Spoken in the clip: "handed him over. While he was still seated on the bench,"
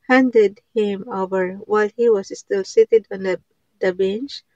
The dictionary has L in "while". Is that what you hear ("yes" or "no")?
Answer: yes